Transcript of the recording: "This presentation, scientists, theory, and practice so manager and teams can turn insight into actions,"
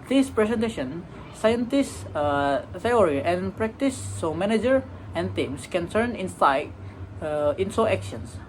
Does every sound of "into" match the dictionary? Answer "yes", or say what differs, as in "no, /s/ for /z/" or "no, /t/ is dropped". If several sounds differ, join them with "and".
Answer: no, /s/ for /t/